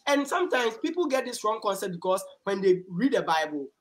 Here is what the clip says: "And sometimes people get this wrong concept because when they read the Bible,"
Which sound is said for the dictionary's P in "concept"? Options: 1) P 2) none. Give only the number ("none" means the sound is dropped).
2